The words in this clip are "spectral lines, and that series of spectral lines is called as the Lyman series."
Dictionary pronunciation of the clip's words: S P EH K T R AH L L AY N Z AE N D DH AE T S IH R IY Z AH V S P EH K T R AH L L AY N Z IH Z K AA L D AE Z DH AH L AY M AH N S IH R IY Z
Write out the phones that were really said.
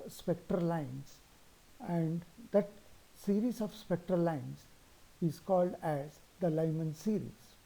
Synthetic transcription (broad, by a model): S P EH K T R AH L L AY N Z AE N D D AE T S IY R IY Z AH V S P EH K T R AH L L AY N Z IH Z K AA L D AE Z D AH L AY M AH N S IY R IY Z